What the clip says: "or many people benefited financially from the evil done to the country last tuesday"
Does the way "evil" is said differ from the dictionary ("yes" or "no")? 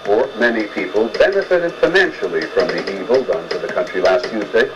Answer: no